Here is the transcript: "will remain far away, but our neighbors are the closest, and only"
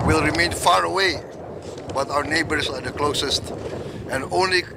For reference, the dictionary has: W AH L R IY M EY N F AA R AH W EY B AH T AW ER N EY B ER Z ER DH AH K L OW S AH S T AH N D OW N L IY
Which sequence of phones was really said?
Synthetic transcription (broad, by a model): W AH L R IY M EY N F AA R AH W EY B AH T AW ER N EY B ER S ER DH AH K L OW S AH S T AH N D OW N L IY